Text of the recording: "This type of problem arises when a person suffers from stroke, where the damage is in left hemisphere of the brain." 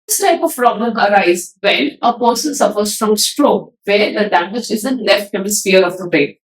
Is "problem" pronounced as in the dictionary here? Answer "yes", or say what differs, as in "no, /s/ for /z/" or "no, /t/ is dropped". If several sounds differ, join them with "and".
no, /l/ is dropped